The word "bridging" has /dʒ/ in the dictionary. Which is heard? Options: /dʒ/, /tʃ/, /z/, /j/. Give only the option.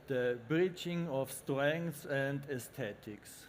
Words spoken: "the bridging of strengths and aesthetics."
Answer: /tʃ/